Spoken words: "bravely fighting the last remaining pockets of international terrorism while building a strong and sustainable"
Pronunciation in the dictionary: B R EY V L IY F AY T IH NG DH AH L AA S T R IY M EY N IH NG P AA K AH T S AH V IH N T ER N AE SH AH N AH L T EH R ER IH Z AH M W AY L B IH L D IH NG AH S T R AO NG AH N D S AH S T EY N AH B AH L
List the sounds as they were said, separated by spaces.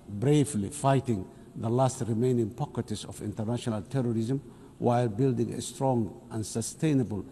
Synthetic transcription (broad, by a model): B R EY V L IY F AY T IH NG DH AH L AA S T R IY M EY N IH NG P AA K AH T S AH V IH N T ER N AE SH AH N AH L T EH R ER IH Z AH M W AY L B IH L D IH NG AH S T R AO NG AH N S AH S T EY N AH B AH L